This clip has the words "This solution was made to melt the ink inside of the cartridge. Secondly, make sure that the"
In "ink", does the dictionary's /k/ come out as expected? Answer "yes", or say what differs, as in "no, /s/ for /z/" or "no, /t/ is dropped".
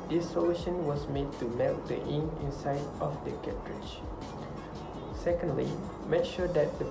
no, /k/ is dropped